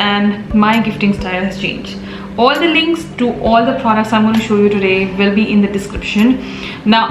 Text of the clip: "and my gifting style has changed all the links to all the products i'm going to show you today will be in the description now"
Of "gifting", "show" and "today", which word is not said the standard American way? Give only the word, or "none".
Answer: none